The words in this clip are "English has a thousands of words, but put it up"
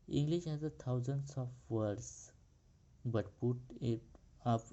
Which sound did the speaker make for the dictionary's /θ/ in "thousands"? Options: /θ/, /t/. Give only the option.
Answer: /t/